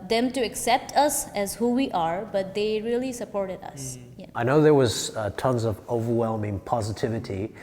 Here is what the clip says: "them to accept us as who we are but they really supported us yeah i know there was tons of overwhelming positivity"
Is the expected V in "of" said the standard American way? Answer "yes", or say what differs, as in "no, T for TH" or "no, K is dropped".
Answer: yes